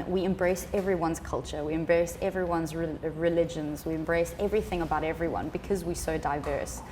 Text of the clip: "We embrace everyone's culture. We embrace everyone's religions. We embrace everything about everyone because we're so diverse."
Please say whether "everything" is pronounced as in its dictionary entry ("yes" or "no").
yes